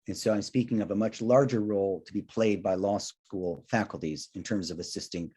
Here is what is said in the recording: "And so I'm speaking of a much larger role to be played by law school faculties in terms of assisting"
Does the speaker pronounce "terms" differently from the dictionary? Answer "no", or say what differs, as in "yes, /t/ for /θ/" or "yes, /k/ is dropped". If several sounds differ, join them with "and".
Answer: no